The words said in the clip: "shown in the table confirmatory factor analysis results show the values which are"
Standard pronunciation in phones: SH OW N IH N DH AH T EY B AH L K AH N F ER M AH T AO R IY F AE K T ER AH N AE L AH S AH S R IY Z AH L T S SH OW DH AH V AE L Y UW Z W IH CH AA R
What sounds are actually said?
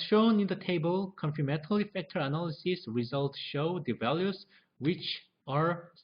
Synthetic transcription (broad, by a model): SH OW N IH N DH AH T EY B AH L K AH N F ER M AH T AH L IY F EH K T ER AH N AE L AH S AH S R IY Z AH L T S SH OW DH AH V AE L Y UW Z W IH CH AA R